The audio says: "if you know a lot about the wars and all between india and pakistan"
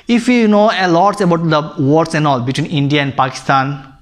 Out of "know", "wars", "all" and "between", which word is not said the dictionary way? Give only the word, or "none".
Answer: wars